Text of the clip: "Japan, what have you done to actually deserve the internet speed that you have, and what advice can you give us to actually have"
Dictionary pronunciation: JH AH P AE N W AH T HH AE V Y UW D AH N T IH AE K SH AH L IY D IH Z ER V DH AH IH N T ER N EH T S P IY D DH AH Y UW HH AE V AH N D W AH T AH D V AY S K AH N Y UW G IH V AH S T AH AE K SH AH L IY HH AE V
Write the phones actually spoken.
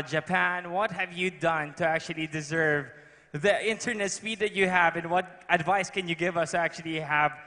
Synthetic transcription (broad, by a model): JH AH P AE N W AH T HH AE V Y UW D AH N T IH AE K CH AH L IY D IH Z ER V DH AH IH N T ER N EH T S P IY D DH AH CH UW HH AE V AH N W AH T AH D V AY S K AH N Y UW G IH V AH S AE K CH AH L IY HH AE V